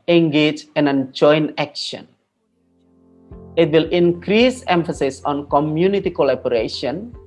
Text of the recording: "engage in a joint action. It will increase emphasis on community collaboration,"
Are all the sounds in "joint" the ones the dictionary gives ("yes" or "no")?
no